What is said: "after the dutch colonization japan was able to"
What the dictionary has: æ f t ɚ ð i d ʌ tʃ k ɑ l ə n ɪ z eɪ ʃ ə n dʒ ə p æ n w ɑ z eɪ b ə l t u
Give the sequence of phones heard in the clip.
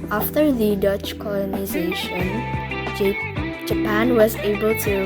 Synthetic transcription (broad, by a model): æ f t ɚ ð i d ʌ tʃ k ɑ l ə n ɪ z eɪ ʃ ə n dʒ ə p æ n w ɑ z eɪ b ə l t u